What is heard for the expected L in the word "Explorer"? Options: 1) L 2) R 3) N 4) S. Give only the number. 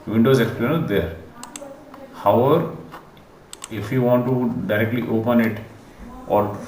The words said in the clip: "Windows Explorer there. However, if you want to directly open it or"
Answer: 3